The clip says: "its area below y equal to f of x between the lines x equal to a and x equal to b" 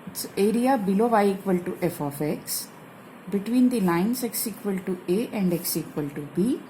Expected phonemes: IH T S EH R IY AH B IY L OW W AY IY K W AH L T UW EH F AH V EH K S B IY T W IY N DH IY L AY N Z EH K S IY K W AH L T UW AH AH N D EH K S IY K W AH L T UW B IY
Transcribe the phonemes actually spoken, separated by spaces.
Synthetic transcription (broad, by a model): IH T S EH R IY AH B IY L OW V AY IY K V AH L T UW EH F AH F EH K S B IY T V IY N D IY L AY N S EH K S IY K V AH L T UW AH AH N D EH K S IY K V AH L T UW B IY